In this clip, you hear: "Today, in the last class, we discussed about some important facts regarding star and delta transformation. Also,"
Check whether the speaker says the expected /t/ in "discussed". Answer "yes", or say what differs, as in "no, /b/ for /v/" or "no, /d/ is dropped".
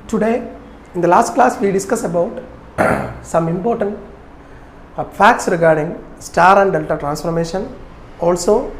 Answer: no, /t/ is dropped